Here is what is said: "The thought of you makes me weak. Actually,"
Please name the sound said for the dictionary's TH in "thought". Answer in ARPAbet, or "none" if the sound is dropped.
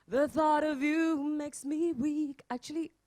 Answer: TH